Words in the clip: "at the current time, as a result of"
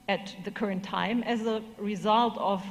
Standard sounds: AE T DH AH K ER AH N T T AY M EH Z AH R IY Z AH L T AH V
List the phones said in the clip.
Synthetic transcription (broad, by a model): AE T DH AH K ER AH N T T AY M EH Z AH R IY Z AH L T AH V